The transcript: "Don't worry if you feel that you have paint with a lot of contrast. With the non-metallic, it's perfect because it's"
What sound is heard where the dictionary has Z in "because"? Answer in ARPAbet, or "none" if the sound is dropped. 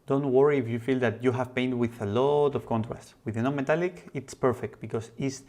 S